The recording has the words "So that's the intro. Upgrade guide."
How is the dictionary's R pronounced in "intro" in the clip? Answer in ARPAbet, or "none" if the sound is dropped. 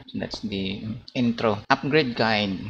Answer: R